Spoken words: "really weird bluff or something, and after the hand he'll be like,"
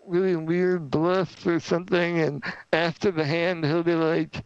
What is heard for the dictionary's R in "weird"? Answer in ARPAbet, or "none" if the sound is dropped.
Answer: R